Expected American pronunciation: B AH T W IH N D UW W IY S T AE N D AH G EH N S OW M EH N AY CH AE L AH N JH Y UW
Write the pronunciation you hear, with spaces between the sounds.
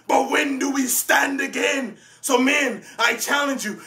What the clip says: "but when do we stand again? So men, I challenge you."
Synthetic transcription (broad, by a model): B AH T W IH N D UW W IY S T AE N D AH G EH N S OW M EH N AY CH AE L AH N JH Y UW